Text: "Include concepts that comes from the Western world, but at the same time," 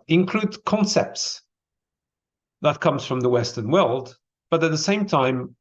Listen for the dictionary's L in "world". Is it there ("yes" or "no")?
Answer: yes